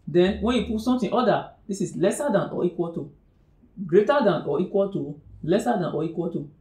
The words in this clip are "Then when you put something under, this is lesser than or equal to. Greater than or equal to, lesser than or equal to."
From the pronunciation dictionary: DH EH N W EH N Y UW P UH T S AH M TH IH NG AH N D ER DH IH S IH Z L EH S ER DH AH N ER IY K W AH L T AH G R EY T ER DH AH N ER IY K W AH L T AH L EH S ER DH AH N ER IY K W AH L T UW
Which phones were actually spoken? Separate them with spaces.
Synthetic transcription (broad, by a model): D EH N W EH N Y UW P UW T S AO M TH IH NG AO D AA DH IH S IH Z L EH S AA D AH N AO IY K W AH L T AH G R EY T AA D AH N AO IY K W AH L T AH L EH S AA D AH N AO IY K W AH L T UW